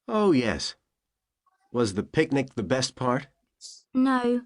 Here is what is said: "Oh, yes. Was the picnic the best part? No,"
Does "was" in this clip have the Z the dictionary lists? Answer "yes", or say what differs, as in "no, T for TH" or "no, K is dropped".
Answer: yes